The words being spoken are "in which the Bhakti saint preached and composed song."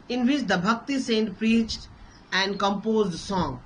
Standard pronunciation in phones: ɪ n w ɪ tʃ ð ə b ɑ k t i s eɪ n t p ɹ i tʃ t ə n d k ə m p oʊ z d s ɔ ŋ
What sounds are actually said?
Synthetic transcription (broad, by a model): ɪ n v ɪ tʃ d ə b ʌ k t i s eɪ n t p ɹ i tʃ t ə n d k ə m p oʊ z d s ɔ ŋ